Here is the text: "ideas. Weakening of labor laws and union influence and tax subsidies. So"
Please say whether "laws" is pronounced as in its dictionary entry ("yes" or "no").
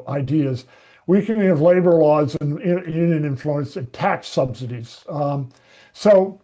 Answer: yes